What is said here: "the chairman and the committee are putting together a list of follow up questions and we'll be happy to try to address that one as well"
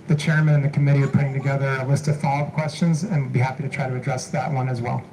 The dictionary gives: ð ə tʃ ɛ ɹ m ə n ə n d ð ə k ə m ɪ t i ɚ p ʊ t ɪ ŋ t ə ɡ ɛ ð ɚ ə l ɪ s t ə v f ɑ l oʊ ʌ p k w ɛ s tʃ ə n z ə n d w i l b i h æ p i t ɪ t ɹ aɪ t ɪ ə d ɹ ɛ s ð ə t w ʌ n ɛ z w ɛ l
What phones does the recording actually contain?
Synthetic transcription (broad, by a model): ð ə tʃ ɛ ɹ m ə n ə n ð ə k ə m ɪ t i ɚ p ʊ t ɪ ŋ t ə ɡ ɛ ð ɚ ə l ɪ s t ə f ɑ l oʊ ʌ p k w ɛ s tʃ ə n z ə n w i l b i h æ p i t ɪ t ɹ aɪ t ɪ ə d ɹ ɛ s ð ə t w ʌ n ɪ z w ɛ l